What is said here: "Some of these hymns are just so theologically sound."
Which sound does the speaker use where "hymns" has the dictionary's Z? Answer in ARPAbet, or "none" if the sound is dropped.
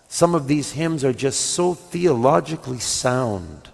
Z